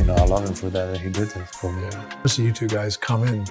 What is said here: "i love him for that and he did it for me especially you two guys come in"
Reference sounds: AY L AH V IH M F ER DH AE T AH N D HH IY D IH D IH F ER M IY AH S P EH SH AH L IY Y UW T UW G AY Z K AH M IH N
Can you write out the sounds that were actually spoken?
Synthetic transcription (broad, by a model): AY L AH V IH M F ER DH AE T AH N HH IY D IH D IH F ER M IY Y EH AH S Y UW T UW G AY Z K AH M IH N